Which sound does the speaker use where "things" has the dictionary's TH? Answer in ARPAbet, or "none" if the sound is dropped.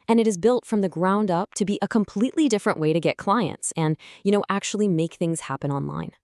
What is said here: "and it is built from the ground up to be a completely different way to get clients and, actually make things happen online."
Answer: TH